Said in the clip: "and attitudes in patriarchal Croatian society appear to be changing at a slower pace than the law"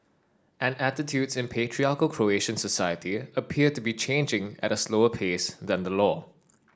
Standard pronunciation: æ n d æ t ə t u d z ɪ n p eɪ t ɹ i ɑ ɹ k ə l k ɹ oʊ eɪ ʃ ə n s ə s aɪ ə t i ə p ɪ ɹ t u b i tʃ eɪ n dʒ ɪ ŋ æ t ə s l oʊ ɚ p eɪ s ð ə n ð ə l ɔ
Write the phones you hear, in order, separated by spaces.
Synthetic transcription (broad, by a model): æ n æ t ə t u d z ɪ n p eɪ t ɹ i ɑ k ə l k ɹ oʊ eɪ ʃ ə n s ə s aɪ ə t i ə p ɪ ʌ t u b i tʃ eɪ n dʒ ɪ ŋ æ t ə s l oʊ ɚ p eɪ s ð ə n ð ə l ɔ